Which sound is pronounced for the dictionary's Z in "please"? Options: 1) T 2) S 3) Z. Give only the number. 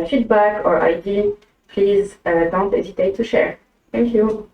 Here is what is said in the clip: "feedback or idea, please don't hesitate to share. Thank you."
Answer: 3